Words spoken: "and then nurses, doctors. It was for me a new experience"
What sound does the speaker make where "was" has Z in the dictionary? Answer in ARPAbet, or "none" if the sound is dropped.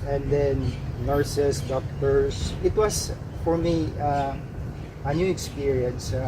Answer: S